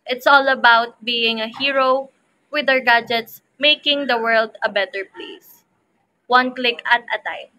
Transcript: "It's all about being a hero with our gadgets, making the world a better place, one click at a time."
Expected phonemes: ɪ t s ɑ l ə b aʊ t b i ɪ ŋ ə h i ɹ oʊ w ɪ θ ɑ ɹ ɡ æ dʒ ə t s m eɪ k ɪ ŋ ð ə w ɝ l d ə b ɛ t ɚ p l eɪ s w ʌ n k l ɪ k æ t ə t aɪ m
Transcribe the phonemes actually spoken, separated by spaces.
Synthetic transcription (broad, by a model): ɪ t s ɑ l ə b aʊ t b i ɪ ŋ ə h i ɹ oʊ w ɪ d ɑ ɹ ɡ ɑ dʒ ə t s m eɪ k ɪ ŋ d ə w ɝ l d ə b ɛ t ɚ p l eɪ s w ʌ n k l ɪ k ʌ t ə t aɪ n